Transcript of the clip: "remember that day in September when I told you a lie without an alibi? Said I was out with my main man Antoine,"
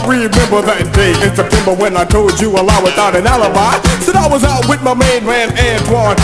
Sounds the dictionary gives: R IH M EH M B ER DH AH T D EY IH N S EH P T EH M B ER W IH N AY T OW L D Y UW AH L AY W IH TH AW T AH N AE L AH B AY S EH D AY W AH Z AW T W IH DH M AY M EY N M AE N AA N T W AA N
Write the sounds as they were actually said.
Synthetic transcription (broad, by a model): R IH M EH M B ER DH AH T D EY IH N S EH P T EH M B ER W IH N AY T OW L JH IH AH L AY W IH TH AW T AH N AE L AH B AY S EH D AY W AH Z AW T W IH DH M AY M EY N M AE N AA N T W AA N